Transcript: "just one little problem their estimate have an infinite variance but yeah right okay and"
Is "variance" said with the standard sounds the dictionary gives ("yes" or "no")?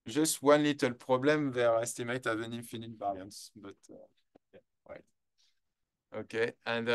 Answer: no